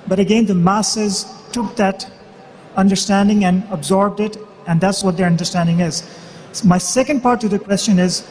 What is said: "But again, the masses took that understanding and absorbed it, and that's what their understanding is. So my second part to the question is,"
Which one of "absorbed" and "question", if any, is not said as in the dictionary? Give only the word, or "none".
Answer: none